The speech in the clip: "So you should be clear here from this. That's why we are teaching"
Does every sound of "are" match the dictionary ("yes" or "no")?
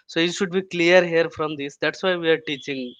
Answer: yes